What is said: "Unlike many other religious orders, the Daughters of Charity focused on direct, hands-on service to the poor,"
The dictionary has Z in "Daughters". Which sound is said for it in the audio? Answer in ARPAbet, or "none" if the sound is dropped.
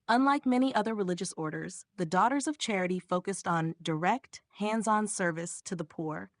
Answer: Z